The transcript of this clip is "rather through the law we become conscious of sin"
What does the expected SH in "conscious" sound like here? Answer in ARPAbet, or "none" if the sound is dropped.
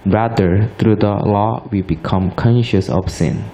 SH